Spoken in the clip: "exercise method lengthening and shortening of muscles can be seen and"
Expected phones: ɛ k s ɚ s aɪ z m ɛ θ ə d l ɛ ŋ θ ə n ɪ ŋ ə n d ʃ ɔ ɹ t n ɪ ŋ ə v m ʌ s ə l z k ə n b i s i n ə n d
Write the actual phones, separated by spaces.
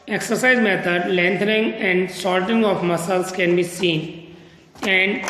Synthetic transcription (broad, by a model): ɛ k s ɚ s aɪ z m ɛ t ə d l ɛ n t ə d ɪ ŋ ə n d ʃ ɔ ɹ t ɪ ŋ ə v m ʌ s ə l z k ə n b i s i n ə n d